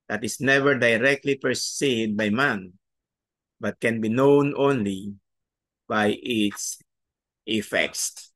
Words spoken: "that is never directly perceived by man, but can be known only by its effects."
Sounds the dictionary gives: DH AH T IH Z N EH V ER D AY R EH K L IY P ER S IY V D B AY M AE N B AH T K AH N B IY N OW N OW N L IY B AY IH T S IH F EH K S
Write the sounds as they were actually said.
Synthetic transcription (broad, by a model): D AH T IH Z N EH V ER D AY R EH K L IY P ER S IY D B AY M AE N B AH T K AH N B IY N OW N OW N L IY B AY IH T S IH F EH K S